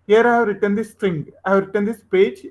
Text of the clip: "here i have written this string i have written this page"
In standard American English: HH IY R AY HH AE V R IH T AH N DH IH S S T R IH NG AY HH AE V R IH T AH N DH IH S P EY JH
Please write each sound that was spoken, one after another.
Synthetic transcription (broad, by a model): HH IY R AY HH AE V R IH T AH N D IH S S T IH NG AY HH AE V R IH T AH N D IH S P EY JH